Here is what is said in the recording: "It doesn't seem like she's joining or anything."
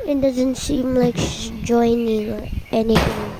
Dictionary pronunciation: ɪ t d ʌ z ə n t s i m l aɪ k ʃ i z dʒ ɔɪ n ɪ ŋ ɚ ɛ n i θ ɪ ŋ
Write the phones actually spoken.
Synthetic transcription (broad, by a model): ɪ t d ʌ z ə n t s i m l aɪ k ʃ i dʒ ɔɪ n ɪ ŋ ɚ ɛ n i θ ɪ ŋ